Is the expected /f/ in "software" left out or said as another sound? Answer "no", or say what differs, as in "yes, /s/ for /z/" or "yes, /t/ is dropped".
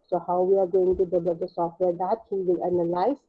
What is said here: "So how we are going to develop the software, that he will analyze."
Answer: no